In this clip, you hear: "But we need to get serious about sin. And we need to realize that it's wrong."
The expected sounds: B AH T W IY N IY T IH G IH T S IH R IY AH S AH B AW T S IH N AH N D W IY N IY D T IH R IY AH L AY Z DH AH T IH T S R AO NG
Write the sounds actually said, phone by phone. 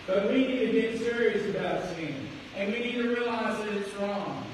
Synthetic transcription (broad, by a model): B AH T W IY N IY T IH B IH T S IH R IY AH S AH B AW T S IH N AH N W IY N IY D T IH R IY AH L AY Z DH AH T IH T S R AO NG